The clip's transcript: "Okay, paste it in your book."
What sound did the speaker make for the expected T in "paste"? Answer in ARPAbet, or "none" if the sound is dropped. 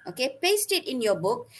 T